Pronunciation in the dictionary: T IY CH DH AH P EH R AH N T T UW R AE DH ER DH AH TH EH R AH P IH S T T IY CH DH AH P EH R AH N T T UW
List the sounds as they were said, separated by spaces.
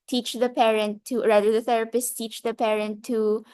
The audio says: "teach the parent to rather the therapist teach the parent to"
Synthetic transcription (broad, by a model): T IY CH DH AH P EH R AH N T T UW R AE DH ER DH AH TH EH R AH P IH S T T IY CH DH AH P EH R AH N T T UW